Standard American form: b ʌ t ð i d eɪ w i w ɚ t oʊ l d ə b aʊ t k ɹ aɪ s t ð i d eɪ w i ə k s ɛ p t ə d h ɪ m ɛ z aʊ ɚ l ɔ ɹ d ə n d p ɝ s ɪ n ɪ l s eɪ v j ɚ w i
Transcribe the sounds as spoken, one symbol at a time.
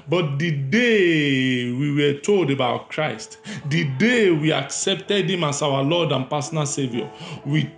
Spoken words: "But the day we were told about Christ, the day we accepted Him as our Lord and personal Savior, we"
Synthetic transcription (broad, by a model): b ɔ t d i d eɪ w i w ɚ t oʊ l d ə b aʊ t k ɹ aɪ s t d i d eɪ w i ə k s ɛ p t ə d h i m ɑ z aʊ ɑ l ɔ d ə n p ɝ s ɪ n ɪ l s eɪ v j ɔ w i